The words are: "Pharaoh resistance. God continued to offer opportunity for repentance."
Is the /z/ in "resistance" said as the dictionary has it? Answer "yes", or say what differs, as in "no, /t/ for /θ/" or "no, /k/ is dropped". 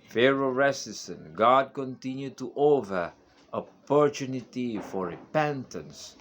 no, /s/ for /z/